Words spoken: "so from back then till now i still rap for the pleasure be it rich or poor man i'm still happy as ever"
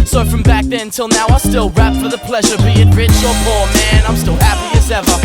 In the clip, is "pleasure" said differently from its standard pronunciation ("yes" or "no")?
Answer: no